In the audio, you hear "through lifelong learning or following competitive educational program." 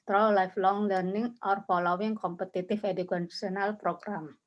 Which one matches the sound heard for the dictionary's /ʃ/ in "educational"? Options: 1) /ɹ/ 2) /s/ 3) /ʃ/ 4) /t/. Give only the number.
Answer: 2